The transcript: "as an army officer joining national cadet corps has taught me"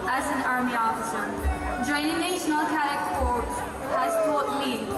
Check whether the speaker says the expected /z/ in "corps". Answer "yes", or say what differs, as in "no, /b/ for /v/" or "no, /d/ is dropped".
no, /s/ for /z/